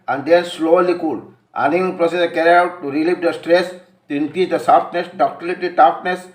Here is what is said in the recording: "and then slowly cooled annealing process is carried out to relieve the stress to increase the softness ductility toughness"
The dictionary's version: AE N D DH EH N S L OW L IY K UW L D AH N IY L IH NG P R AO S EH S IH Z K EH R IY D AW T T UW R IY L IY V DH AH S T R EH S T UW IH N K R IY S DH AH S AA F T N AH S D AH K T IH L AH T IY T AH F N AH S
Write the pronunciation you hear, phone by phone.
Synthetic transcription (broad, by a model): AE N D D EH N S L OW L IY K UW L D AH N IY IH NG P R AO S EH S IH K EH R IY AW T T UW R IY L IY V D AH S T R EH S T UW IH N K R IY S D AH S AA F T N AH S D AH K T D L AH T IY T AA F N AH S